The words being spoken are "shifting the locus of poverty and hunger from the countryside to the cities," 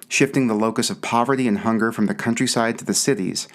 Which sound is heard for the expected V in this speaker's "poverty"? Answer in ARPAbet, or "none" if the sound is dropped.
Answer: V